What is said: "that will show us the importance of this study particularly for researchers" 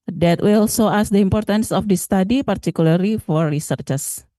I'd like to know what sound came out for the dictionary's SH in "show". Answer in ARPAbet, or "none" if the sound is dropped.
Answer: S